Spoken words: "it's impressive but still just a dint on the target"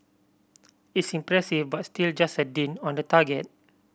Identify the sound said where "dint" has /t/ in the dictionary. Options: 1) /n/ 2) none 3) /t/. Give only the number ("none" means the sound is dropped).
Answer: 2